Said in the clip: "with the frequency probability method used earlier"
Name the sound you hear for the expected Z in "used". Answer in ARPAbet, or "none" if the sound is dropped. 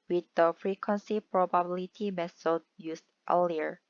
S